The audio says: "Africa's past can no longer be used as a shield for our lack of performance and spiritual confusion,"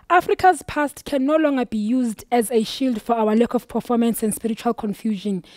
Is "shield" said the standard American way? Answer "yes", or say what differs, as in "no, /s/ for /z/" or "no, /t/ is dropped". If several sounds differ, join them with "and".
yes